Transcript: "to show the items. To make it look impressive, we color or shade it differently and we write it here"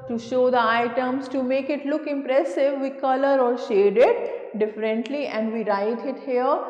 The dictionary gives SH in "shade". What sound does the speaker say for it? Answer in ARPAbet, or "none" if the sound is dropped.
SH